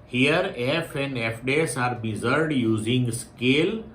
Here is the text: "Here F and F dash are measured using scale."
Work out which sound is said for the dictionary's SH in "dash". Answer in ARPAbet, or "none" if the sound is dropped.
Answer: S